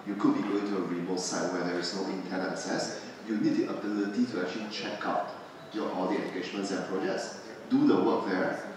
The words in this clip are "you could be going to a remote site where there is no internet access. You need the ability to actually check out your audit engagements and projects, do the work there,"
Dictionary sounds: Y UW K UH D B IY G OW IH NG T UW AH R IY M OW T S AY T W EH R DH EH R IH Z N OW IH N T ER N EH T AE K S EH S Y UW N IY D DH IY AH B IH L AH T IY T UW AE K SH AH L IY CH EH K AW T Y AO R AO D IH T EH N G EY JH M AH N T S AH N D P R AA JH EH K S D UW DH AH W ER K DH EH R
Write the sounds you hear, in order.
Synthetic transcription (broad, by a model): Y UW K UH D B IY G OW IH NG T UW AH R IY M OW T S AY T W EH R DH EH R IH S N OW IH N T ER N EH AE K S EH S Y UW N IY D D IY AH B IH L AH T IY T UW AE K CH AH L IY CH EH K AW T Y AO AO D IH EH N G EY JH M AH N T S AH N P R AA JH EH K S D UW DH AH W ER K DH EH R